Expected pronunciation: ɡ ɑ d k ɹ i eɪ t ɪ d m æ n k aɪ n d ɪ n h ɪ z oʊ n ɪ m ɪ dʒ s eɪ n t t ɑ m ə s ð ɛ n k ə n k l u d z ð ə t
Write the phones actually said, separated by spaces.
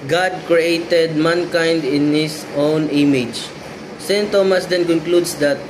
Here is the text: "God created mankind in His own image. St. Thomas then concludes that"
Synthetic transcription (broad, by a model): ɡ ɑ d k ɹ i eɪ t ɪ d m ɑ n k aɪ n d ɪ n h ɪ s oʊ n ɪ m ɪ dʒ s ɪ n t t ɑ m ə s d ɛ n k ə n k l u d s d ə t